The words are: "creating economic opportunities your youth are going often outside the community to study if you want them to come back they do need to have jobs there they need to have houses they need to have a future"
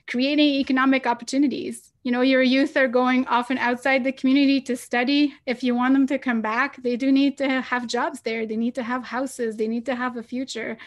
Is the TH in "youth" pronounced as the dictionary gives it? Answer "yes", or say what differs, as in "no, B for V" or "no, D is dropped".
yes